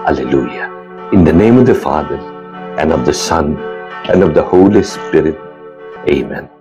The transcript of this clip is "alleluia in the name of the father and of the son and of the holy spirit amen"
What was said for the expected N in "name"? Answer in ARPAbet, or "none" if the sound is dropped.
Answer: N